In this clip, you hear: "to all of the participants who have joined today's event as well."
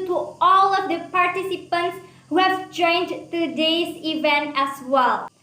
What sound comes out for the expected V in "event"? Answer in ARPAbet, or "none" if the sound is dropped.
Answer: V